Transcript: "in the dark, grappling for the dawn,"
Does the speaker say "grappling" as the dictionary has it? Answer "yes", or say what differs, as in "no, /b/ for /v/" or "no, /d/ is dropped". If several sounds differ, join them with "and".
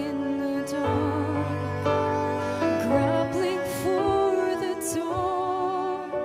no, /b/ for /p/